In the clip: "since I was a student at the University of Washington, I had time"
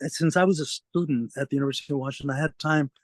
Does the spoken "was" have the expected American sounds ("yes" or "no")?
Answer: yes